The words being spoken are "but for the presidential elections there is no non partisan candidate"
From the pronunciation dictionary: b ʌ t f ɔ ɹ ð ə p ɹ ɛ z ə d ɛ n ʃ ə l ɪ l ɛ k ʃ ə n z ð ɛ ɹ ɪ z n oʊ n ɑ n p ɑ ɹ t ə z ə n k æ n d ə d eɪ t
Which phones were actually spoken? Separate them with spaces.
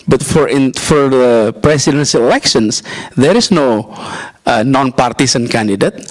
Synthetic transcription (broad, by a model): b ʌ t f ɔ ɹ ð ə p ɹ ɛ s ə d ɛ n s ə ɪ l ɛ k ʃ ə n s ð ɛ ɹ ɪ s n oʊ n ɑ n p ɑ ɹ t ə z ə n k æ n d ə d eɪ t